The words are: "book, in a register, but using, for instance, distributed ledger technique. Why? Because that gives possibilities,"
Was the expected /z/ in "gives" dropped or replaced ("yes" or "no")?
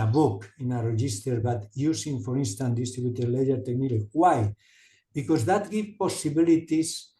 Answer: yes